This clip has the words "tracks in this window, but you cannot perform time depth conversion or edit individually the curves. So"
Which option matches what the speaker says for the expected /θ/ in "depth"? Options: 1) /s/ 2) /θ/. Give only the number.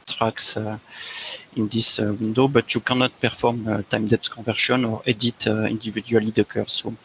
1